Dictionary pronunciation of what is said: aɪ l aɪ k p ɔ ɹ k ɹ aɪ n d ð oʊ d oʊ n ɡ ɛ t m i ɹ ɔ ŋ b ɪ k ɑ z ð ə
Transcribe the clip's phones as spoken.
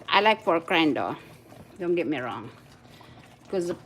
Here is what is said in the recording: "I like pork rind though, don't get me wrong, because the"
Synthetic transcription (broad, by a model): aɪ l aɪ k f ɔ ɹ k ɹ aɪ n d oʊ d oʊ n ɡ ɛ t m i ɹ ɔ ŋ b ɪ k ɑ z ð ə